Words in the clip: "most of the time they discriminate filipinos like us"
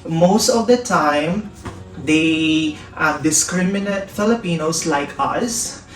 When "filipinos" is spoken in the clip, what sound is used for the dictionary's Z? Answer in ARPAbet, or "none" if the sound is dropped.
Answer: S